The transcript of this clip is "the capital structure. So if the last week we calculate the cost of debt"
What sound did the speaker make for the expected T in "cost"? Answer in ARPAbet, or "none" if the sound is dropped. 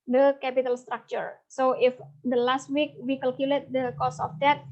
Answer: none